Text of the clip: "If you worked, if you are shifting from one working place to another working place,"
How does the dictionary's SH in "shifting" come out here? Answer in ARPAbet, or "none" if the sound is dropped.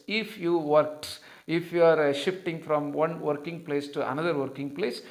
SH